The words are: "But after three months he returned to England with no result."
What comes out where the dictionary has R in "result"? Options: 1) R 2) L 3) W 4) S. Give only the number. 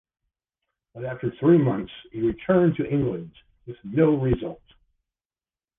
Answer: 1